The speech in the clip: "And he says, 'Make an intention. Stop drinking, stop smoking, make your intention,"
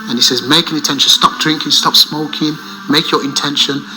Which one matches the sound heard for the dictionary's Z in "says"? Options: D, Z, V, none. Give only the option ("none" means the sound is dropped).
Z